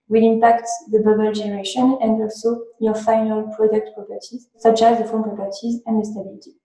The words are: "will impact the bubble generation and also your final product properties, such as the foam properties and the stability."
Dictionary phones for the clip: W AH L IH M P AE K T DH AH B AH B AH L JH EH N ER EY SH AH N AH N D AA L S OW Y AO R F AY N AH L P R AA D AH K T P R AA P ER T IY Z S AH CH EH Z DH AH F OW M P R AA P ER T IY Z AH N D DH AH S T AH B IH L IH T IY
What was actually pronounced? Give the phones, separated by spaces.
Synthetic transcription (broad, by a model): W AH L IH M P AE K T DH AH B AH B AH L JH EH N ER EY SH AH N AH N D AA L S OW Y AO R F AY N AH L P R AA D AH K T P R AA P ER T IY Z S AH CH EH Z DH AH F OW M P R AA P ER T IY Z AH N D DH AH S T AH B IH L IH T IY